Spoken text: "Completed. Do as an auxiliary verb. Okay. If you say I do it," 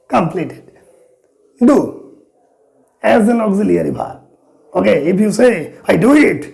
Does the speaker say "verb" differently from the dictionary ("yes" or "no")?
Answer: yes